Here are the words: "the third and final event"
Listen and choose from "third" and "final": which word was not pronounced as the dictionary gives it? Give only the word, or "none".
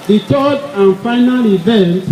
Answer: third